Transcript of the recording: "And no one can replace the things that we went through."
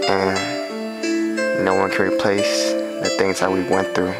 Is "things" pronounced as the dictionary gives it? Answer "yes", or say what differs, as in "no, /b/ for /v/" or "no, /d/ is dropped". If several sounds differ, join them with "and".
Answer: yes